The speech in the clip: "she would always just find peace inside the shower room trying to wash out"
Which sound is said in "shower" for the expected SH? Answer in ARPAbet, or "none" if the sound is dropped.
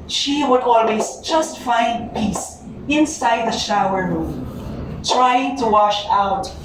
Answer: SH